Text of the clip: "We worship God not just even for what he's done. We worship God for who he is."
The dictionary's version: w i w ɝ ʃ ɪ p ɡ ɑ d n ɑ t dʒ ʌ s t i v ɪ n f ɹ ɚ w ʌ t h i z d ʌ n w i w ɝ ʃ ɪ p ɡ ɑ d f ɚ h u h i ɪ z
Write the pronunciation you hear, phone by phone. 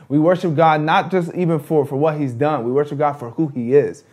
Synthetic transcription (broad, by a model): w i w ɝ ʃ ɪ p ɡ ɑ d n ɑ t dʒ ʌ s t i v ɪ n f ɹ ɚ w ʌ t h i z d ʌ n w i w ɝ ʃ ɪ p ɡ ɑ d f ɚ h u i ɪ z